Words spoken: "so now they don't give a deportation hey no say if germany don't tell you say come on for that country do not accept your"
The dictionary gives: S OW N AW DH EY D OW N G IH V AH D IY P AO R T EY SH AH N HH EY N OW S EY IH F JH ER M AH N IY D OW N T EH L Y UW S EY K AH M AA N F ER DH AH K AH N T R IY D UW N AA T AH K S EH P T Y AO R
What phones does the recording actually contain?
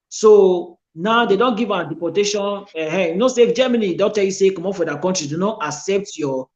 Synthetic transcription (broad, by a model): S OW N AW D EY D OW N G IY V AH D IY P AO T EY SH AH N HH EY N OW S EY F JH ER M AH N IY D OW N T EH L Y UW S EY K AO M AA F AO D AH K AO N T R IY D UW N AA T AH K S EH P T Y AO